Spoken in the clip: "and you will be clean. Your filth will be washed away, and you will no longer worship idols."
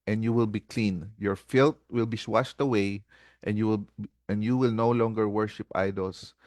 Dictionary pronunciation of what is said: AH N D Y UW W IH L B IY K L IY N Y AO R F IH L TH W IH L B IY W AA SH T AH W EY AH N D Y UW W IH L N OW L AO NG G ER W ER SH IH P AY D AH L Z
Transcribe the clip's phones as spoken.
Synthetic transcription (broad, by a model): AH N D Y UW W IH L B IY K L IY N Y AO R F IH L T W IH L B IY W AA SH T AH W EY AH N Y Y UW W IH L N OW L AO NG G ER W ER SH IH P AY D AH L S